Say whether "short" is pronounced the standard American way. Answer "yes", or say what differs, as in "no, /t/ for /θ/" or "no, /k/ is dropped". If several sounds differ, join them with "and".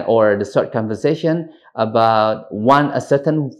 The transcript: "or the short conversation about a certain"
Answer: no, /s/ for /ʃ/